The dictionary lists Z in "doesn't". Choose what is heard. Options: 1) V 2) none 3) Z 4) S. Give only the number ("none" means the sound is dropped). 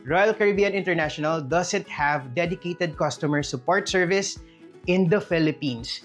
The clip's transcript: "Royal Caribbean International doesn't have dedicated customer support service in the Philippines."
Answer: 4